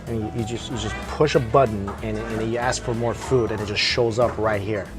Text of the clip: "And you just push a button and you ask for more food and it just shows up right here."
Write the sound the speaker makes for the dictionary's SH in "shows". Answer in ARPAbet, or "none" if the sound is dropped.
SH